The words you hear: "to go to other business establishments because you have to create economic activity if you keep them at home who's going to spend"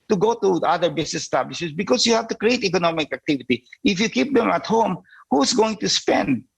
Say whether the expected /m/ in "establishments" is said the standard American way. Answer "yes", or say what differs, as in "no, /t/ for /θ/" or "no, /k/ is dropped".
no, /m/ is dropped